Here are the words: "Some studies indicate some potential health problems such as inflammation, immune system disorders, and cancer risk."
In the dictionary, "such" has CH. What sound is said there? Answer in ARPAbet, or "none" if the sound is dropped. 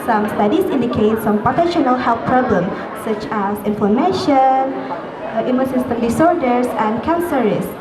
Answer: CH